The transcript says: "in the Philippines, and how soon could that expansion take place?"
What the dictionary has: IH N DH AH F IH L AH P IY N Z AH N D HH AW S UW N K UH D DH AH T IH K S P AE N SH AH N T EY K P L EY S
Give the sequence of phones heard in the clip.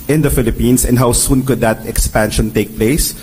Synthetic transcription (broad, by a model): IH N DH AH F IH L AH P IY N S AH N D HH AW S UW N K UH D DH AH T IH K S P AE N SH AH N T EY K P L EY S